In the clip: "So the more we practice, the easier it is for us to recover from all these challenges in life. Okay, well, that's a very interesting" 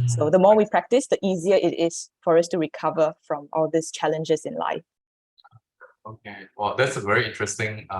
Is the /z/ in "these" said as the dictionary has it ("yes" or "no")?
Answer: no